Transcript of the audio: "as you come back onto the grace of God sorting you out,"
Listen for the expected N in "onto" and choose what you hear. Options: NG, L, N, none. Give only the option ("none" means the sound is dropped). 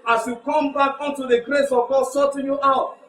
N